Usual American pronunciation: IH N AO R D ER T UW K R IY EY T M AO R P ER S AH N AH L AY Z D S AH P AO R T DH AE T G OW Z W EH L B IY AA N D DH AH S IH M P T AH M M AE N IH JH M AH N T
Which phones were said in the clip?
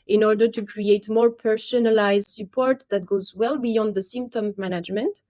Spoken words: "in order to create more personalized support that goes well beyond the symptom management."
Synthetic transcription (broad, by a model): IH N AO R D ER T UW K R IY EY T M AO R P ER S AH N AH L AY Z D S AH P AO R T DH AE T G OW Z W EH L B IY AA N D DH AH S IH M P T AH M M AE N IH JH M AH N T